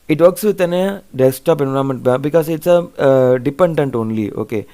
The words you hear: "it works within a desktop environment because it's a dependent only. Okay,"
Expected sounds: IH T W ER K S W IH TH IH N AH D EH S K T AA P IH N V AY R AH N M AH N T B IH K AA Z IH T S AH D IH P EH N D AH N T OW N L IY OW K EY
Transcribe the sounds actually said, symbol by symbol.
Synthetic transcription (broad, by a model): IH T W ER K S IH T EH N AH D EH S T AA P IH N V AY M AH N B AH B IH K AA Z IH T S AH D IH P EH N D AH N T OW N L IY OW K EY